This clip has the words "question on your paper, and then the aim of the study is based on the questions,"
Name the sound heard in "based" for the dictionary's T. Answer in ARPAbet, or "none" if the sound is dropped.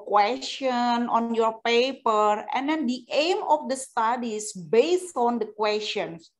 T